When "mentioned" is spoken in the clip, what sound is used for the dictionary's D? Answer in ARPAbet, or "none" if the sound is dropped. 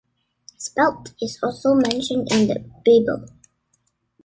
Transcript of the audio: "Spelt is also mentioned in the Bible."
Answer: D